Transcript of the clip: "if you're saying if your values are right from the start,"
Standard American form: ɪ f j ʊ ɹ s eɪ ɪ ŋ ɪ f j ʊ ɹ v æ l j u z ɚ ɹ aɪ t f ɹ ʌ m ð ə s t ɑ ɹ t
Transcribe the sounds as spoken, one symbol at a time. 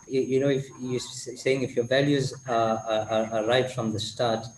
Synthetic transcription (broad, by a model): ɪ f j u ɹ s eɪ ɪ ŋ ɪ f j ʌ ɹ v æ l j u z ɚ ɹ aɪ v f ɹ ʌ m ð ə s t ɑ ɹ t